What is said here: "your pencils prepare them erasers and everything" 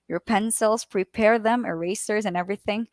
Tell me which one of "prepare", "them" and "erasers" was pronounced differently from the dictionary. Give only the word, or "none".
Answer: none